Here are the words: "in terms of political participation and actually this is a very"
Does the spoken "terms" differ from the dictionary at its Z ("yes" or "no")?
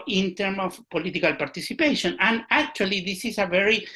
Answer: yes